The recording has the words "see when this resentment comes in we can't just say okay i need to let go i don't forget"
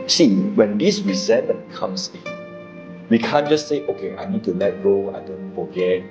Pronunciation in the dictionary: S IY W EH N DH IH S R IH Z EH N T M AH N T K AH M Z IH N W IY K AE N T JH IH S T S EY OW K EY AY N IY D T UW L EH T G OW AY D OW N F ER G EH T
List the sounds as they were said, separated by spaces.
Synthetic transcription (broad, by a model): S IY W EH N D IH S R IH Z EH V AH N K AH M S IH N W IY K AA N JH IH S T OW K EY AY N IY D T UW L EH T G OW AY D OW N F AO G EH T